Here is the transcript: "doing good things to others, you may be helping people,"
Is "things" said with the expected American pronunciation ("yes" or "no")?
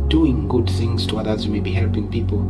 yes